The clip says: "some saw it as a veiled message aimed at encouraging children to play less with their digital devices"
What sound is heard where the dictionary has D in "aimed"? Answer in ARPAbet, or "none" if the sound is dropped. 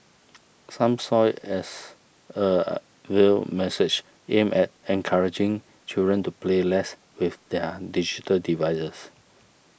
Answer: none